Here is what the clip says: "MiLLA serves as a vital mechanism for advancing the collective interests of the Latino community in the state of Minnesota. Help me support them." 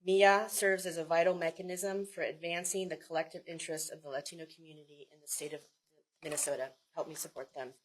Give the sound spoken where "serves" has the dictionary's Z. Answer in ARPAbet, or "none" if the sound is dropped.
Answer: Z